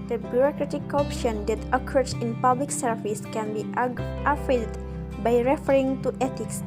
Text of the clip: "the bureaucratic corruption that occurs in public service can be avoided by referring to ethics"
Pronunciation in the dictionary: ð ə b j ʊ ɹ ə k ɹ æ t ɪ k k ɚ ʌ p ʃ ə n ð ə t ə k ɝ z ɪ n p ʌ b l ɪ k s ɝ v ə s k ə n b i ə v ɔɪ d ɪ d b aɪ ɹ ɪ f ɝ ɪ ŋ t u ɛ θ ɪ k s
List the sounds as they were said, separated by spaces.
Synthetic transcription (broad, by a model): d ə b j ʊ ɹ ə k ɹ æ t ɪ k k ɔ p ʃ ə n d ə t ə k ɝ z ɪ n p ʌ b l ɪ k s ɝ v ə s k ə n b i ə f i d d b aɪ ɹ ɪ f ɝ ɪ ŋ t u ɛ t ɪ k s